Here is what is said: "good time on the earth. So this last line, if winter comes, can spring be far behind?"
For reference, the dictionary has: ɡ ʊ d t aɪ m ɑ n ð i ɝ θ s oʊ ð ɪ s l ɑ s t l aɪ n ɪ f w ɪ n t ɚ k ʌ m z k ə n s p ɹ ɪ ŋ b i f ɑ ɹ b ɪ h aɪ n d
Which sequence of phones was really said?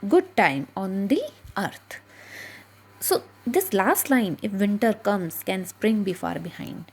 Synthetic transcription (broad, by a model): ɡ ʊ d t aɪ m ɑ n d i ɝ t s oʊ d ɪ s l ɑ s t l aɪ n ɪ f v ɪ n t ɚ k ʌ m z k ə n s p ɹ ɪ ŋ b i f ɑ ɹ b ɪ h aɪ n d